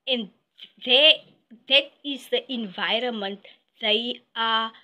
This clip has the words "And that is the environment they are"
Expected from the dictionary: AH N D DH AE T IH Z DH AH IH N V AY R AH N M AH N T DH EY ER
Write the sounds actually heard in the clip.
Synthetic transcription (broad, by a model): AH N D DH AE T IH Z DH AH IH N V AY R AH N M AH N T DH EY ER